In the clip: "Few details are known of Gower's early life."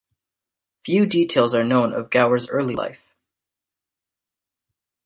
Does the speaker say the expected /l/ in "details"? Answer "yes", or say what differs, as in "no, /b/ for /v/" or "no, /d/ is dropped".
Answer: yes